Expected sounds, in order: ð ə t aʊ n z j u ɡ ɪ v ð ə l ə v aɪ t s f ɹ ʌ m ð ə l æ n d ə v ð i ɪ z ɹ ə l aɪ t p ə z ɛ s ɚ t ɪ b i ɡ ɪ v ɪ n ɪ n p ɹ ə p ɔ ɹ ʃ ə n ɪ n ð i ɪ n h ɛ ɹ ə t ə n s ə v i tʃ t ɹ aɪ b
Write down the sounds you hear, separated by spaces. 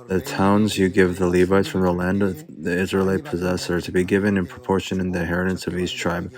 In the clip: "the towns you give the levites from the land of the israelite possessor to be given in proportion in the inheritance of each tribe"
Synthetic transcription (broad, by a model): ð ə t aʊ n z j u ɡ ɪ v ð ə l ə v aɪ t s f ɹ ʌ m ð ə l æ n d ə v ð i ɪ z ɹ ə l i p ə z ɛ s ɚ t ɪ b i ɡ ɪ v ɪ n ɪ n p ɹ ə p ɔ ɹ ʃ ə n ɪ n ð i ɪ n h ɛ ɹ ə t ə n s ə v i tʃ t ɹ aɪ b